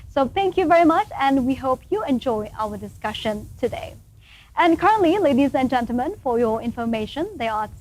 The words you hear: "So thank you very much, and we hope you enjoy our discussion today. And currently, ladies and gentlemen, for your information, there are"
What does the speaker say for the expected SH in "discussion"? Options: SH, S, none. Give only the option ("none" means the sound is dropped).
SH